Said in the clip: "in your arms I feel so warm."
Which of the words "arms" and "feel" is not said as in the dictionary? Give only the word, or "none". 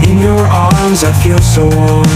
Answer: none